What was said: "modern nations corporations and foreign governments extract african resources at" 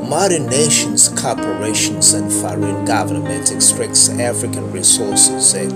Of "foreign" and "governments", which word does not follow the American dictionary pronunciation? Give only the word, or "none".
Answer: governments